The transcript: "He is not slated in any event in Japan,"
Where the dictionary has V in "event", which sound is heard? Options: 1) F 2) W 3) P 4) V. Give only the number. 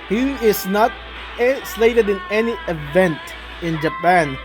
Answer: 4